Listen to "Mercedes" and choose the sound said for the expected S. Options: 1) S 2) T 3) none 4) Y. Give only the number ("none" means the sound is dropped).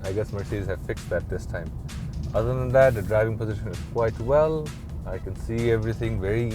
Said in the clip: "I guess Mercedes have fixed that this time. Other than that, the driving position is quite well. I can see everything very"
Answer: 3